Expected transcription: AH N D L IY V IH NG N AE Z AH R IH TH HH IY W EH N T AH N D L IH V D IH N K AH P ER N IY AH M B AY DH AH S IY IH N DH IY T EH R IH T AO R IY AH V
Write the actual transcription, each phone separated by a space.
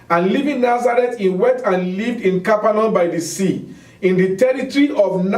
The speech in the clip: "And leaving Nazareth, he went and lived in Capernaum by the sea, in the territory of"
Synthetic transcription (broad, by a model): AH N L IY V IH NG N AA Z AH R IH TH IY W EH T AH N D L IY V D IH N K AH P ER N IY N B AY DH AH S IY IH N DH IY T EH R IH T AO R IY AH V